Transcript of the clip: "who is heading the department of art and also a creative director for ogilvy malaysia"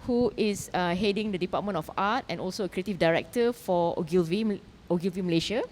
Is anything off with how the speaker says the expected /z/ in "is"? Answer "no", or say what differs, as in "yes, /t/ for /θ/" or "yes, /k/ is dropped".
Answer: yes, /s/ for /z/